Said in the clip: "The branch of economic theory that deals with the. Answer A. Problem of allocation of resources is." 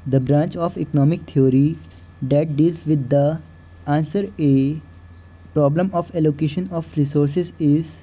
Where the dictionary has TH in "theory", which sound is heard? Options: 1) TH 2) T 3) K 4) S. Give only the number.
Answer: 2